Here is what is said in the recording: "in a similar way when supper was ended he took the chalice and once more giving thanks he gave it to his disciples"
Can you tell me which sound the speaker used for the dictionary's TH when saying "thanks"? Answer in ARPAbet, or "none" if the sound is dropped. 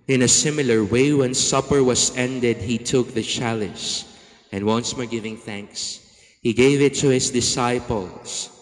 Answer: TH